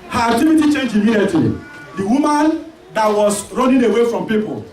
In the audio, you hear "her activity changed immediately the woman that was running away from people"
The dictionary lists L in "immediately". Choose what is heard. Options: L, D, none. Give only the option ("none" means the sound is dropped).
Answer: none